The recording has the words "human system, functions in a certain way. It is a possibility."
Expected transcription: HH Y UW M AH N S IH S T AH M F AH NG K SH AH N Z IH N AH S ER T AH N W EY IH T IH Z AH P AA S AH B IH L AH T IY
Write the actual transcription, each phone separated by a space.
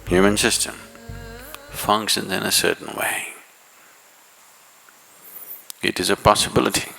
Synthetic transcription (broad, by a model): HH Y UW M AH N S IH S T AH M F AH NG K SH AH N Z IH N AH S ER T N W EY IH T IH Z AH P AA S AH B IH L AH T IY